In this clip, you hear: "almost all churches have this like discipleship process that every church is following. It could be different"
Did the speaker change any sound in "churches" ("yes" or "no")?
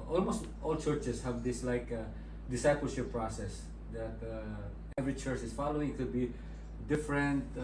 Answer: yes